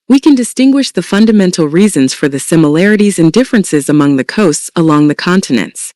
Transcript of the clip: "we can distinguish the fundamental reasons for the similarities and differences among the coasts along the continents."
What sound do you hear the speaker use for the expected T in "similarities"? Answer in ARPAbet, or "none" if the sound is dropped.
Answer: T